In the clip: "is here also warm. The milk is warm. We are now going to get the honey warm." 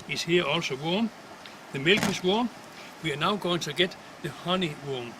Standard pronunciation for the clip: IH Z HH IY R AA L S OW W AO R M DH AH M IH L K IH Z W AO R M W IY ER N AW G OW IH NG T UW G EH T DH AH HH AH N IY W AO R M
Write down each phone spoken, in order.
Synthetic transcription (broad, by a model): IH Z HH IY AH AA L S OW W AO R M DH AH M IH L K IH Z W AO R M W IY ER N AW G OW IH NG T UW G EH T DH AH HH AH N IY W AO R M